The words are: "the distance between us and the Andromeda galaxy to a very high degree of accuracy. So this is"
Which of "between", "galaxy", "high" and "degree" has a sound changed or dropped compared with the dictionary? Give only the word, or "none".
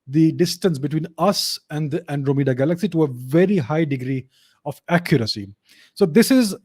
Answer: none